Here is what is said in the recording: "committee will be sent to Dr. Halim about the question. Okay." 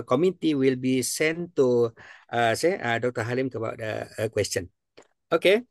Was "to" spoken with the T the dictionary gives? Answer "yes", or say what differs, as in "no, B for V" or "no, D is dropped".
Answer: no, S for T